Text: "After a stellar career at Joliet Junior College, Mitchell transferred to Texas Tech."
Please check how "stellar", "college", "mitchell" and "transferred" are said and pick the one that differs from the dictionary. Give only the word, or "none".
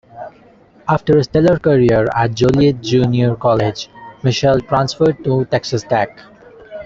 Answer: mitchell